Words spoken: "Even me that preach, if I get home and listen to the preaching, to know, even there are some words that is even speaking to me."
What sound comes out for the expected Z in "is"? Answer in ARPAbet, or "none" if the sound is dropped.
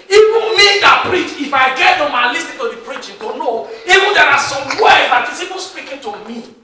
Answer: S